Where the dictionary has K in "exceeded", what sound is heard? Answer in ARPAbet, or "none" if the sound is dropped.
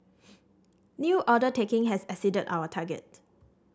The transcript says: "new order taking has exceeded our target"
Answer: none